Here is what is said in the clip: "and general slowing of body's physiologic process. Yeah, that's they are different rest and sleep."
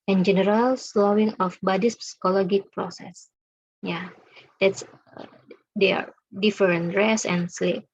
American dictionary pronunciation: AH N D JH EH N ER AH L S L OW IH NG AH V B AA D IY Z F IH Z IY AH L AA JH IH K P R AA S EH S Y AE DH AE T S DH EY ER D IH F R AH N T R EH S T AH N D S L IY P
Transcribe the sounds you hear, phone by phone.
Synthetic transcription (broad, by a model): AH N JH EH N ER AH L S L OW IH NG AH F B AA D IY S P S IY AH L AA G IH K P R AA S EH S Y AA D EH T S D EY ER D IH F R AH N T R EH S AH N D S L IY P